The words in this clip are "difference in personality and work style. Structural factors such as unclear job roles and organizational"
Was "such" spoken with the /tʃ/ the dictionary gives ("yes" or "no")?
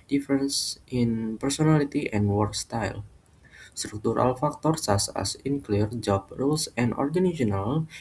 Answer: no